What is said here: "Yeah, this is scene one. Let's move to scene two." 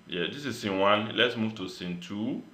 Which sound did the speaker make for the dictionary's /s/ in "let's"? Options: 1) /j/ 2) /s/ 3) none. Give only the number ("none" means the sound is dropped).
2